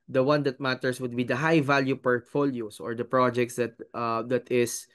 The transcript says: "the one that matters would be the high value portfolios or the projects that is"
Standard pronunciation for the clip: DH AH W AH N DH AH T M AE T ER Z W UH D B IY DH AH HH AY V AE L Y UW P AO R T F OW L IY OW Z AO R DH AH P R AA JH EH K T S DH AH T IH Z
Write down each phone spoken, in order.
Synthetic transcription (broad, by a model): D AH W AH N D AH T M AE T ER S W UH D B IY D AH HH AY V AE L Y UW P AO R T F OW L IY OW S AO R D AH P R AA JH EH K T S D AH T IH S